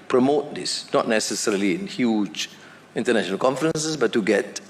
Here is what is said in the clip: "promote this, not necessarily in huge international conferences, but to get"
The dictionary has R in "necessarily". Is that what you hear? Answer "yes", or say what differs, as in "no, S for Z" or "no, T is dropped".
yes